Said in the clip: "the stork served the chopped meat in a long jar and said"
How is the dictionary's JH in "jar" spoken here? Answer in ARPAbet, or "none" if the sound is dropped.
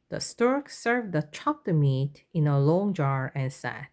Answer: JH